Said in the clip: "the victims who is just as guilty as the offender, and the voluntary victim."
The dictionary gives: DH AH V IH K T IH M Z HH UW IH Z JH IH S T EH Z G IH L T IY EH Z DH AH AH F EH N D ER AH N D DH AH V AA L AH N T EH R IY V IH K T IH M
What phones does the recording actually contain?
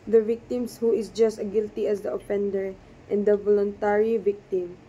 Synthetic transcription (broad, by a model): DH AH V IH K T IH M S HH UW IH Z JH IH S T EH G IH L T IY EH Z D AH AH F EH N D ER AH N D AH V AA L AH N T EH R IY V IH K T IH M